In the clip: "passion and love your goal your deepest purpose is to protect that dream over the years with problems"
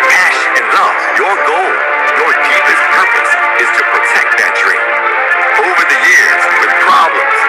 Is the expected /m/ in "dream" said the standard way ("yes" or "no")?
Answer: no